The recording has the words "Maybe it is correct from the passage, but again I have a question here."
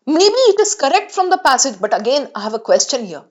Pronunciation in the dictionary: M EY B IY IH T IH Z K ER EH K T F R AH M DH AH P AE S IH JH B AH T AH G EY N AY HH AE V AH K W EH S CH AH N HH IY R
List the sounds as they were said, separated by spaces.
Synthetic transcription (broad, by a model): M EY B IY IH T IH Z K ER EH K T F R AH M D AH P AE S IH JH B AH T AH G EY N AY HH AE V AH K W EH S CH AH N HH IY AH